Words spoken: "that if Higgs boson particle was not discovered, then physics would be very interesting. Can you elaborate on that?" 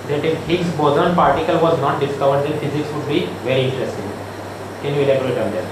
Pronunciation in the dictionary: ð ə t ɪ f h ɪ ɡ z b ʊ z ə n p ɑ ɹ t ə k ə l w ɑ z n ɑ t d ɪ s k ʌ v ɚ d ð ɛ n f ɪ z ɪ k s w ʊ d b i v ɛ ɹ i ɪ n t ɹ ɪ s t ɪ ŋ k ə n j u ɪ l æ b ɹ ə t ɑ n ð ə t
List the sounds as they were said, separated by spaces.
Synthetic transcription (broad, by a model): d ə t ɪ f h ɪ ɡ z b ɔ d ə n p ɑ ɹ t ə k ə l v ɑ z n ɑ t d ɪ s k ʌ v ɚ d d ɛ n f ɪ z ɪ k s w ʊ d b i v ɛ ɹ i ɪ n t ɹ ɪ s t ɪ ŋ k ə n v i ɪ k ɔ ɹ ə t ɑ n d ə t